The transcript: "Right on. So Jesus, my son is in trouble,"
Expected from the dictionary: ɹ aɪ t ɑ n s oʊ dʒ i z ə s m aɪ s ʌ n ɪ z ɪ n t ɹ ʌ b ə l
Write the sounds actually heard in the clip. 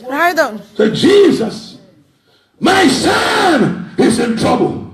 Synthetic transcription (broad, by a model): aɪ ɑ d s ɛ dʒ i z ə s m aɪ s ʌ n ɪ z ɪ n t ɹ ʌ b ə l